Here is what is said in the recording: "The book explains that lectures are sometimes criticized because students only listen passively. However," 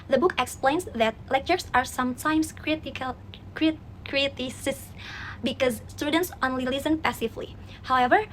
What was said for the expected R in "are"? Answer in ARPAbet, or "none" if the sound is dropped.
R